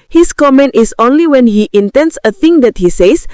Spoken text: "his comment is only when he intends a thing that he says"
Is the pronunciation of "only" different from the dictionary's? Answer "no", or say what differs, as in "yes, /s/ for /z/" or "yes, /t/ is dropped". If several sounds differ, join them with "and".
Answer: no